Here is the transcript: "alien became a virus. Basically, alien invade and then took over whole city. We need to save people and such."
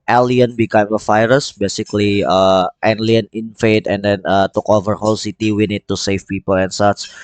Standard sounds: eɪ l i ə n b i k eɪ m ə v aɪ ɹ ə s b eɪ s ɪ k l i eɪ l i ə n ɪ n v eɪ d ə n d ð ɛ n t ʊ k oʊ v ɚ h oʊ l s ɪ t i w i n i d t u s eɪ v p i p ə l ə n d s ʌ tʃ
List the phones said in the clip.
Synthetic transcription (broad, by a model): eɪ l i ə n b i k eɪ m ə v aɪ ɹ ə s b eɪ s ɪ k l i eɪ l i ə n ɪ n f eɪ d ə n d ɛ n t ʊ k oʊ v ɚ h oʊ l s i t i w i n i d t u s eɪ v p i p ə l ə n s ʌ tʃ